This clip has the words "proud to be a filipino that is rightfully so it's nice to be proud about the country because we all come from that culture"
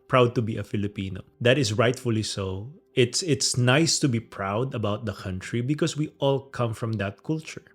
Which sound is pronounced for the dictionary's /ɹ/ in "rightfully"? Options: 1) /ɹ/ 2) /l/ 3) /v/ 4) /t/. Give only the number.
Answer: 1